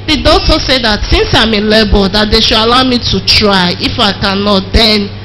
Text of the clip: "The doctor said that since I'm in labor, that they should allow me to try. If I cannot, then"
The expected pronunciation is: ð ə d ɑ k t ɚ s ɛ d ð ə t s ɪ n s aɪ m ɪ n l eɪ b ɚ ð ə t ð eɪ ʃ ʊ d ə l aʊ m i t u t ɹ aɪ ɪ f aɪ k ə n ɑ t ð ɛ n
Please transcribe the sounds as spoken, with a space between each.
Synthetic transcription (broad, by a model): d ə d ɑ t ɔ s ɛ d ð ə t s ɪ n s aɪ m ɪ l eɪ b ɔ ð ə t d eɪ ʃ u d ə l aʊ m i t u t ɹ aɪ ɪ f aɪ k ə n ɑ t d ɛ n